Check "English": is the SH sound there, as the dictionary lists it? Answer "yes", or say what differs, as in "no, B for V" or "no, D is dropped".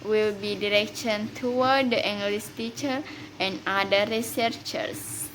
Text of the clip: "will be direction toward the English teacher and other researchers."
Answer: no, S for SH